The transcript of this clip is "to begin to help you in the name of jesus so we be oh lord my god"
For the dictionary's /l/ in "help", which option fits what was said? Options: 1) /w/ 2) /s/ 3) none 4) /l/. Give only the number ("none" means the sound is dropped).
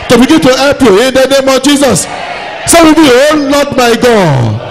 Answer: 3